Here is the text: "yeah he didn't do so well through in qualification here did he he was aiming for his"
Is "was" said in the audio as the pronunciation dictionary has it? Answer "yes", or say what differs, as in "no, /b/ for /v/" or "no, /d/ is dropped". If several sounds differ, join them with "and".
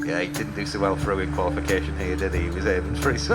yes